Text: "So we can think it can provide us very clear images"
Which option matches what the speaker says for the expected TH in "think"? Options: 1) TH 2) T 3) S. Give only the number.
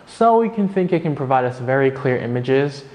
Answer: 1